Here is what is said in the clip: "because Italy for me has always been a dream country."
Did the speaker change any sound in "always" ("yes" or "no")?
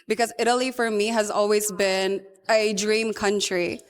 no